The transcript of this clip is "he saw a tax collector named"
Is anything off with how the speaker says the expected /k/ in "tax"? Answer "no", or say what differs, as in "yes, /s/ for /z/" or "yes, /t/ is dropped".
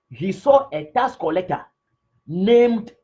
yes, /k/ is dropped